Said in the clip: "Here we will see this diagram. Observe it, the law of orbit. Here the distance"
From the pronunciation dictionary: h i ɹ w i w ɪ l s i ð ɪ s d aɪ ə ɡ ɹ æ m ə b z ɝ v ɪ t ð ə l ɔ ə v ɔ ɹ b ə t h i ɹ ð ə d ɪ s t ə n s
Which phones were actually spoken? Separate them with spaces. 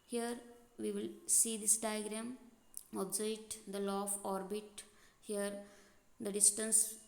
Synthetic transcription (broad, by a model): h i ɹ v i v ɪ l s i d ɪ s d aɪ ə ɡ ɹ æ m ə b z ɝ ɪ t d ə l ɔ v ɔ ɹ b ə t h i ɹ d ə d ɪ s t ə n s